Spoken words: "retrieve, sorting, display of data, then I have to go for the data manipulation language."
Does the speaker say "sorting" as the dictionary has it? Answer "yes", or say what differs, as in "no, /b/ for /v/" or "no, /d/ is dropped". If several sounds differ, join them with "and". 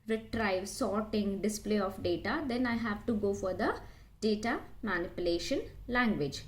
yes